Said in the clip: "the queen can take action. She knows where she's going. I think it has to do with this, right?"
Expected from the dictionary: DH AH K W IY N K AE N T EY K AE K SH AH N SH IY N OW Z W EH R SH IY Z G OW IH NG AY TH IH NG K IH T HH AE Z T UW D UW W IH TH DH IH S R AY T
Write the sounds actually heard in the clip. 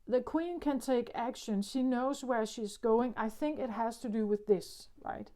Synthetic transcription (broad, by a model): DH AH K W IY N K AE N T EY K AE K SH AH N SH IY N OW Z W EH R SH IY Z G OW IH NG AY TH IH NG K IH T HH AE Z T UW D UW W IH DH IH S R AY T